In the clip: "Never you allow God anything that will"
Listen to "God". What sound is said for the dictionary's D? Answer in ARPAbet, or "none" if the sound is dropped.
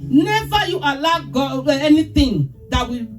none